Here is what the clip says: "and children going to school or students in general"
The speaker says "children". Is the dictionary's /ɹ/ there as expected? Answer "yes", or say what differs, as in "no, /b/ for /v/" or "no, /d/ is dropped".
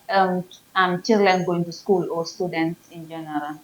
no, /l/ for /ɹ/